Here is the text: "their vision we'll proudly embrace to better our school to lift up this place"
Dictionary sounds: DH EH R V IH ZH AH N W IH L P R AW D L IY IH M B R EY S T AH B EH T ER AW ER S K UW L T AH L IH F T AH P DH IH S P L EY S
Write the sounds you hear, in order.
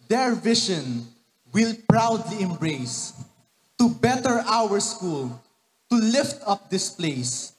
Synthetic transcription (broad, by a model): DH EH R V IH SH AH N W IH L P R AW D L IY IH M B R EY S T AH B EH T ER AW ER S K UW L T AH L IH F T AH P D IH S P L EY S